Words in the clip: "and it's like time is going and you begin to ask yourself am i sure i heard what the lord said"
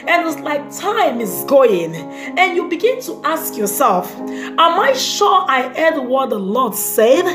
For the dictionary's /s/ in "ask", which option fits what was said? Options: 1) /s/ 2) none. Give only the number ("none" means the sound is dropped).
1